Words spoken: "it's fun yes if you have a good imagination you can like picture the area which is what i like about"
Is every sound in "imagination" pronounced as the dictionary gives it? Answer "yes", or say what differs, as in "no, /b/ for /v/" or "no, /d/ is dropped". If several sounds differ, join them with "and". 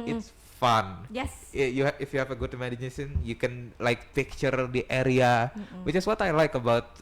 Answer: no, /s/ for /ʃ/